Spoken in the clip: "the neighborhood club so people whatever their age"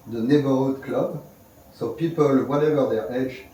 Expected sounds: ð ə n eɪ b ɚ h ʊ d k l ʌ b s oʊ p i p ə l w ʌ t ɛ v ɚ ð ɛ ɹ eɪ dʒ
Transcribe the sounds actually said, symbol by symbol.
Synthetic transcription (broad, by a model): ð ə n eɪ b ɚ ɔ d k l ʌ b s oʊ p i p ə l w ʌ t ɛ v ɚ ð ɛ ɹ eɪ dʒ